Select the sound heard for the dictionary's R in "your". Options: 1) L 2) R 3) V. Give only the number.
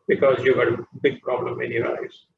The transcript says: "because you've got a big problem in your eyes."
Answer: 1